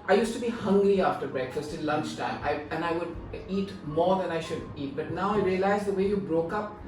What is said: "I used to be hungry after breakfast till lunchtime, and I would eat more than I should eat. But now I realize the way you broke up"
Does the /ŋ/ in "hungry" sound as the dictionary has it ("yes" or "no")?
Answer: yes